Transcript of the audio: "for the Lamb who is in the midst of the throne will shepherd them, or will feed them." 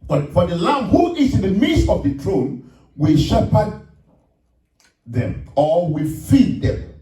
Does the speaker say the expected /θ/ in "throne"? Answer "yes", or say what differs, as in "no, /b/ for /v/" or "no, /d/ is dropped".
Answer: no, /t/ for /θ/